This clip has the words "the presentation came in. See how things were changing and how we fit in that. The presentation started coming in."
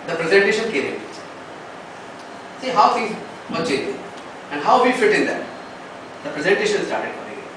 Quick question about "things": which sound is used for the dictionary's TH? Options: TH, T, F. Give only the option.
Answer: F